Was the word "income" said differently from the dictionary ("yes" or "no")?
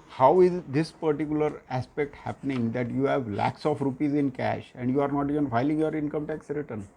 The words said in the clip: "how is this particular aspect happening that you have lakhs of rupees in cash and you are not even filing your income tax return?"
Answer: no